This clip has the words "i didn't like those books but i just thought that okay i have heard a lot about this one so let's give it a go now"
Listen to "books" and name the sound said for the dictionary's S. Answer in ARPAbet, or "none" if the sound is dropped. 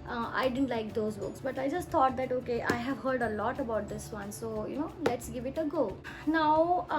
S